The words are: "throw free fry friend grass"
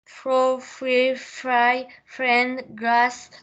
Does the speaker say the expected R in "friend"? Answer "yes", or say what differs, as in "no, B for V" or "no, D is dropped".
yes